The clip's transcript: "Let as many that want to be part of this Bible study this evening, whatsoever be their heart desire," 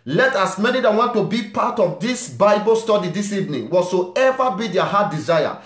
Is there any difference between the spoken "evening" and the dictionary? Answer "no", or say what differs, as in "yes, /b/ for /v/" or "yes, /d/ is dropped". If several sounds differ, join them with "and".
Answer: no